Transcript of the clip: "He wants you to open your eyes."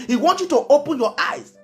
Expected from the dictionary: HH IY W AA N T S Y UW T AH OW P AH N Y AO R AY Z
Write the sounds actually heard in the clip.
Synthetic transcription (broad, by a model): HH IY W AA N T Y UW T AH OW P AH N Y AO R AY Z